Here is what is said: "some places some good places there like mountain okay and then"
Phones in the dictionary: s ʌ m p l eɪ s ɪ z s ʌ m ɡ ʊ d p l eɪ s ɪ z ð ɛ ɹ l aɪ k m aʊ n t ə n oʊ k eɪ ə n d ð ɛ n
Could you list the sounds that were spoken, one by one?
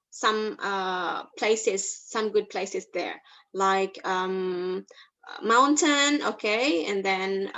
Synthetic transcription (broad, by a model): s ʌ m p l eɪ s ɪ z s ʌ m ɡ ʊ d p l eɪ s ɪ z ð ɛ ɹ l aɪ k m aʊ n t ə n oʊ k eɪ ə n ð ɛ n